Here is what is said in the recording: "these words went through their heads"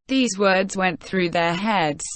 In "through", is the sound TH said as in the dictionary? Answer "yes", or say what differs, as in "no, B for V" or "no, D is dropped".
yes